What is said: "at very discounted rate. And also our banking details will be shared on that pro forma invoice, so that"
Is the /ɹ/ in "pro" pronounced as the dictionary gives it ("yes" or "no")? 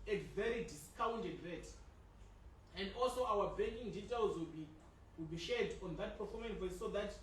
no